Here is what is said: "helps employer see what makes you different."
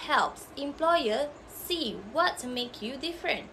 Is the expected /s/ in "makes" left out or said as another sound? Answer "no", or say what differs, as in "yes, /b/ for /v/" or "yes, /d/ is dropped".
yes, /s/ is dropped